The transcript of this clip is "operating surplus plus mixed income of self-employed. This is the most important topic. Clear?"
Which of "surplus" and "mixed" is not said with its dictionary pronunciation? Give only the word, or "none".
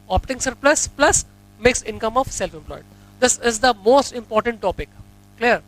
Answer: mixed